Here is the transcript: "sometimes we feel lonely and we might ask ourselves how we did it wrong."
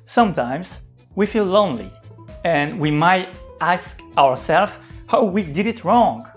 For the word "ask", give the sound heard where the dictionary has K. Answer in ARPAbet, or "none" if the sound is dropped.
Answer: K